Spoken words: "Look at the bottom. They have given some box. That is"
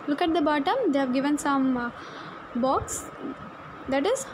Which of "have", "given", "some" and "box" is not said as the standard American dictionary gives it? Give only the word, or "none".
none